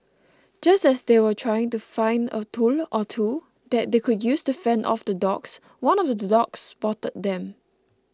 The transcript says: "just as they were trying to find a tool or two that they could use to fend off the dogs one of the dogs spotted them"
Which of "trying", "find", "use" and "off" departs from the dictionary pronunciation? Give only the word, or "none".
none